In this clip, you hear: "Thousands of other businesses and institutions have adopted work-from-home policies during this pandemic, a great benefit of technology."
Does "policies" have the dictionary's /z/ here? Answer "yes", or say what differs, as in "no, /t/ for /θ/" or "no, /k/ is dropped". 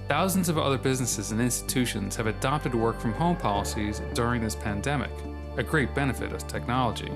yes